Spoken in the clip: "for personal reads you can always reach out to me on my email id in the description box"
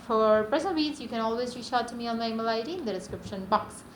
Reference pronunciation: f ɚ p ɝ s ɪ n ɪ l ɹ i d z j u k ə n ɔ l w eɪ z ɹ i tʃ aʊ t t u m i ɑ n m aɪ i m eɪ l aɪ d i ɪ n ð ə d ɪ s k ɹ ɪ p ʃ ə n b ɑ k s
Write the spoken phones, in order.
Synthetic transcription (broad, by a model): f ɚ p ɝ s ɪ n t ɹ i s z j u k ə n ɔ l w eɪ z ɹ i ʃ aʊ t t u m i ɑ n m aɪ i m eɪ l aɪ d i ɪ n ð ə d ɪ s k ɹ ɪ p ʃ ə n b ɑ k s